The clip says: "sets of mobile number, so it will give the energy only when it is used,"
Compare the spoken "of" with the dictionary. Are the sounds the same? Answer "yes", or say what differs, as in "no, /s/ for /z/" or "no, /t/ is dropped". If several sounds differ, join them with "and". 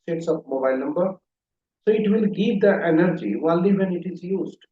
no, /p/ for /v/